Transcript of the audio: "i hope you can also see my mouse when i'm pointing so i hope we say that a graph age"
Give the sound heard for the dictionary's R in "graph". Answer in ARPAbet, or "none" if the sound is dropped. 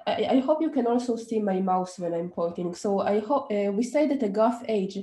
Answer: none